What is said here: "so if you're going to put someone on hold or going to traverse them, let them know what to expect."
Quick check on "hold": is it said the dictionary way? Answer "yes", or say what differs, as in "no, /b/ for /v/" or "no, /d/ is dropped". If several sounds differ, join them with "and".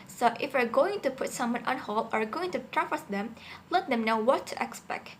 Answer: no, /d/ is dropped